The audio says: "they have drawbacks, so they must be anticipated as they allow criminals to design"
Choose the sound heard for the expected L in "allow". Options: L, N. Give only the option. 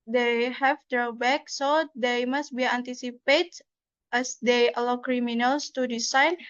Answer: L